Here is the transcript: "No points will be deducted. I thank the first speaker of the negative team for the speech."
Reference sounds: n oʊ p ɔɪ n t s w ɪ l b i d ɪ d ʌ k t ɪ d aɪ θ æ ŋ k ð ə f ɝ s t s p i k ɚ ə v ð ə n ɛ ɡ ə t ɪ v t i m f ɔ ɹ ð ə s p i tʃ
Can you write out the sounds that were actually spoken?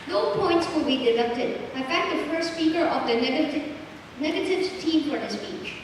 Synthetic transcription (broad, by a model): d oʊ p ɔɪ n t s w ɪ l b i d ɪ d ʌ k t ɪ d aɪ f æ k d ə f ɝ s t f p i k ɚ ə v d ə n ɛ ɡ ə t ɪ v t i m f ɔ ɹ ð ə s p i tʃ